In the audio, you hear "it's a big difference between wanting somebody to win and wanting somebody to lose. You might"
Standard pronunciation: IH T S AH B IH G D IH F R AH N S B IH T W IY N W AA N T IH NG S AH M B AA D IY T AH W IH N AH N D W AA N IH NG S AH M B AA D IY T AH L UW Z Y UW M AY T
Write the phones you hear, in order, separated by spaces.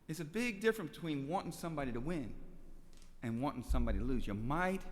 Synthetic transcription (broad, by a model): IH T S AH B IH G D IH F R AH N B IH T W IY N W AA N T IH NG S AH M B AA D IY T AH W IH N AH N W AA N IH NG S AH M B AA D IY T AH L UW Z Y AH M AY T